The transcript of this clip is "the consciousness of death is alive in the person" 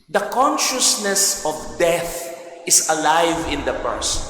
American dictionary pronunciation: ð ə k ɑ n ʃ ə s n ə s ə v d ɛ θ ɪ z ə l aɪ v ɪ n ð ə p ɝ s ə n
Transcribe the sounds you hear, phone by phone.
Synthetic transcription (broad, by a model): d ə k ɑ n ʃ ə s n ə s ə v d ɛ θ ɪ s ə l aɪ v ɪ n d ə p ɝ s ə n